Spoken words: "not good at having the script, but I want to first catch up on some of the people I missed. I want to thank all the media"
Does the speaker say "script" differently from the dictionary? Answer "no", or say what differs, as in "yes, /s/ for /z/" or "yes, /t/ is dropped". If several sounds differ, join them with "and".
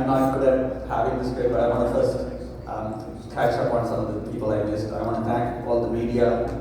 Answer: yes, /p/ is dropped